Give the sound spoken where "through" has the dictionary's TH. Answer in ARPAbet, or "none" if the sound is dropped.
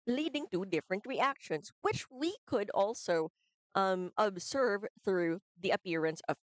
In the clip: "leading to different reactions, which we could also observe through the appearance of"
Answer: TH